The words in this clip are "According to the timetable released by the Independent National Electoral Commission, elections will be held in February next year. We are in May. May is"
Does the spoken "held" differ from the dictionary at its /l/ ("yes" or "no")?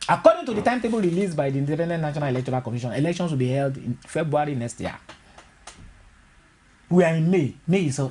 no